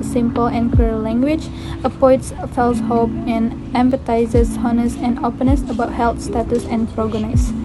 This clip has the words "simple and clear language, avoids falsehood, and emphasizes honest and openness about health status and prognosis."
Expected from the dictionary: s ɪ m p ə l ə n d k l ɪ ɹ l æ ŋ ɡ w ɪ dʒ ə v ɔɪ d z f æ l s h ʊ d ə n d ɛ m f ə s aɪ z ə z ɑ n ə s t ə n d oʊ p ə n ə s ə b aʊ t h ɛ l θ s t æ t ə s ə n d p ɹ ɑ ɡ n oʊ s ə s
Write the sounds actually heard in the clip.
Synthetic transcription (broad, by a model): s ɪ m p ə l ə n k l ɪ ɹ l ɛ ŋ ɡ w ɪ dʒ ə p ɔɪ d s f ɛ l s h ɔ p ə n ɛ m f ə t aɪ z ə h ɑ n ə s ə n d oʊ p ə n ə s ə b aʊ t h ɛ l t s t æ t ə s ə n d p ɹ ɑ ɡ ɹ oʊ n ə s